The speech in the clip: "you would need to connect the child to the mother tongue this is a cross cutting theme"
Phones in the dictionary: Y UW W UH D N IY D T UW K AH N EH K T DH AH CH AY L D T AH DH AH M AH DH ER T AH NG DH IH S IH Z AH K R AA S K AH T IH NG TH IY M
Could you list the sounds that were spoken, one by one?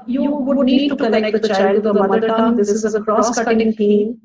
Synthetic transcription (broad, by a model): Y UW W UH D N IY D T UW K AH L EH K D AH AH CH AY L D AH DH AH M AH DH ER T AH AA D IH S IH Z AH K R AA S K AH T IH NG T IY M